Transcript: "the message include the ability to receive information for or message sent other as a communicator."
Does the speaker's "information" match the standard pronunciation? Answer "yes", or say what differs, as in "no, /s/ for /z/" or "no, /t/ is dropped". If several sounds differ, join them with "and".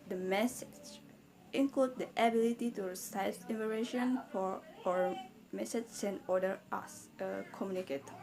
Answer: no, /m/ is dropped